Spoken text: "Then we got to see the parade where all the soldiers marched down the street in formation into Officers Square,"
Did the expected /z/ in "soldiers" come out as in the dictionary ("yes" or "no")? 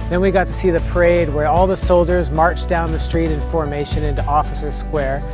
yes